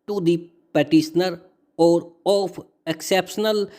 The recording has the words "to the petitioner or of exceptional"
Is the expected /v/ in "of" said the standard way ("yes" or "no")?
no